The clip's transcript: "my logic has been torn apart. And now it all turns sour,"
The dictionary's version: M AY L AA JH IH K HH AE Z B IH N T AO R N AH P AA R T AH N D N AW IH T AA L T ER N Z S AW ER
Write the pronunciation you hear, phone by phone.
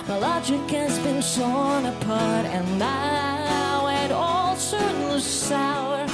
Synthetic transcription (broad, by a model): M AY L AA JH IH K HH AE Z B IH N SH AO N AH P AA R T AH N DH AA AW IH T AA L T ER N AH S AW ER